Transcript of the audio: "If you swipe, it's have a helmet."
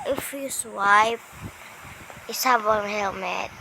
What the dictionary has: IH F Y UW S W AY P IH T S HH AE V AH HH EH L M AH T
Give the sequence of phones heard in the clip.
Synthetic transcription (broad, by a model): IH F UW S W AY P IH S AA B AH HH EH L M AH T